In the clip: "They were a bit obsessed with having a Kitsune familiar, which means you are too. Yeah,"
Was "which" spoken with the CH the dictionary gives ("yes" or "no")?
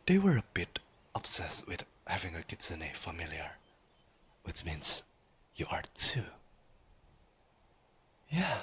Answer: yes